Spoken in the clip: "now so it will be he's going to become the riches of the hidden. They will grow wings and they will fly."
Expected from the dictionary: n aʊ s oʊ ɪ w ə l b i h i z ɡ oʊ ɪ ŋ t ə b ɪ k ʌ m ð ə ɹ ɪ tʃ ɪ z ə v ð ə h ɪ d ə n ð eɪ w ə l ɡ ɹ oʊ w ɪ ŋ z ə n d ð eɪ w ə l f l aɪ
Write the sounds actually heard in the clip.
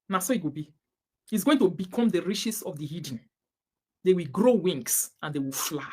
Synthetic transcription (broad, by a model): n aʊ s oʊ ɪ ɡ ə b i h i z ɡ oʊ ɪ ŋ t ə b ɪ k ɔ m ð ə ɹ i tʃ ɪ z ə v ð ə h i d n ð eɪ w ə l ɡ ɹ oʊ w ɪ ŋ s ə n d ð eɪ w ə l f l aɪ